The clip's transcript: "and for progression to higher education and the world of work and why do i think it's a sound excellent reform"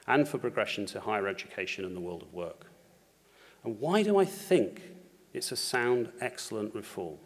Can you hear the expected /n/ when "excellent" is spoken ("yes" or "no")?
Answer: yes